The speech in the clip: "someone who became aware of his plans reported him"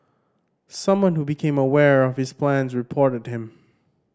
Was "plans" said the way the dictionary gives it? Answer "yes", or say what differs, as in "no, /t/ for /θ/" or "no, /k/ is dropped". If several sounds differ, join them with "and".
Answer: yes